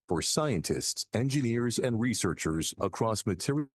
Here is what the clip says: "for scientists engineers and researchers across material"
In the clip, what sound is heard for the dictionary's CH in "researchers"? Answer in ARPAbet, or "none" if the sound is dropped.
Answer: CH